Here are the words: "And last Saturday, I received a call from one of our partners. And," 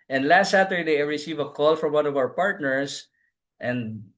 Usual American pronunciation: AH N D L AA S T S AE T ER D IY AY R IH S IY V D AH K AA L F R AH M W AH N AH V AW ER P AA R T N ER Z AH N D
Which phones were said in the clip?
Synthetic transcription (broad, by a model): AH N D L AA S T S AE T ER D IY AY R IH S IY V AH K AA L F R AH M W AH N AH V AW ER P AA R T N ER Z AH N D